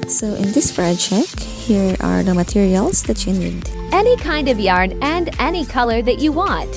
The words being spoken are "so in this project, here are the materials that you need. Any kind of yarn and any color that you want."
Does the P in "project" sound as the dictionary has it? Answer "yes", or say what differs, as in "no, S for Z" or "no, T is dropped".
no, F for P